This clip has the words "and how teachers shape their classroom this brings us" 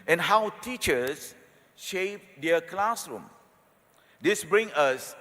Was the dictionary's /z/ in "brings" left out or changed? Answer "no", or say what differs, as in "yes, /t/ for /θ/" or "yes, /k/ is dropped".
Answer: yes, /z/ is dropped